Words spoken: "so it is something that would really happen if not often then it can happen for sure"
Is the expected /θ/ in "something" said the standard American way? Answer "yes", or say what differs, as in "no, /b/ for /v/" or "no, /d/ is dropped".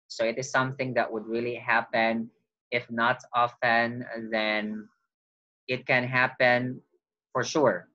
yes